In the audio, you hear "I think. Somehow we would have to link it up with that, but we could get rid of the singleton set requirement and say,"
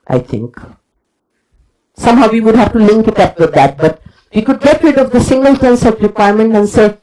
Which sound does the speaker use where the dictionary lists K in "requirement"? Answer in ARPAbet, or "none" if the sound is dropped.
K